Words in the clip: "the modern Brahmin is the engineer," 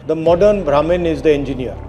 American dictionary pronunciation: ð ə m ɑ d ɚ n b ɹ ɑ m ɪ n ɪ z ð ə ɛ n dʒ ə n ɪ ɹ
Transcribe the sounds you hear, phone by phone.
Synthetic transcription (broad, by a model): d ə m ɑ d ɚ n b ɹ ɑ m ɪ n ɪ z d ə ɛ n dʒ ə n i ɹ